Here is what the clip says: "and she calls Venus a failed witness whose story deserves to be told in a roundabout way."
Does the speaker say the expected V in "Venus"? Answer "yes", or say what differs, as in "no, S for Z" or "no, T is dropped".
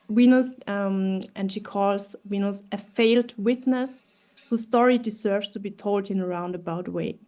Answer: no, W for V